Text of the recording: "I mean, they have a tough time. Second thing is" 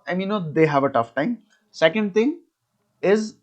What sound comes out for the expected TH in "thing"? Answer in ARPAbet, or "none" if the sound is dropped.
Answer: T